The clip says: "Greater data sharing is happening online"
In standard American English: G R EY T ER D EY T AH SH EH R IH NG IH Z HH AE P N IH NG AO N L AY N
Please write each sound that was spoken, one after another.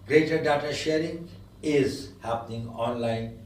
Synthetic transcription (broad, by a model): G R EY T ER D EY T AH SH EH R IH NG IH Z HH AE P N IH NG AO N L AY N